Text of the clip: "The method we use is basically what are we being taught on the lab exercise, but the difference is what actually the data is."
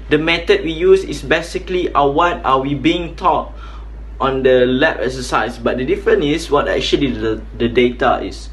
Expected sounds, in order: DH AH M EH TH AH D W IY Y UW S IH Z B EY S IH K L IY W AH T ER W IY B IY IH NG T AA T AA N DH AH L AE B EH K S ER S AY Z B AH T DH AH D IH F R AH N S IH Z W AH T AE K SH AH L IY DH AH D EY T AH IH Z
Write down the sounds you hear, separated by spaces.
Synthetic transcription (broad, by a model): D AH M EH T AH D W IY Y UW S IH S B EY S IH K L IY W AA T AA W IY B IY IH NG T AA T AA N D AH L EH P EH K S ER S AY S B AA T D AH D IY F R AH N IH S W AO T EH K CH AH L IY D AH D EY T AH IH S